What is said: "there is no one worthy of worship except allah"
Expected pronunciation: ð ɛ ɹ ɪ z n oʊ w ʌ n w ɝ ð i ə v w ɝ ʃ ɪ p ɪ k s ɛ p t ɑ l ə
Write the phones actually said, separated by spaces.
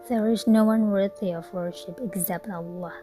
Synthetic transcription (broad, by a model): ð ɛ ɹ ɪ z n oʊ w ʌ n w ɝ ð i ə v w ɝ ʃ ɪ p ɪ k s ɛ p t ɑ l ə